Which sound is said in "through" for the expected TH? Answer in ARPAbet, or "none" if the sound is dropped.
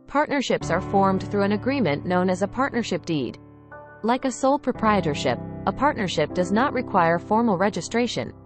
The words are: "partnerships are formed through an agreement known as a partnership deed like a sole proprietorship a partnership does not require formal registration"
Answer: TH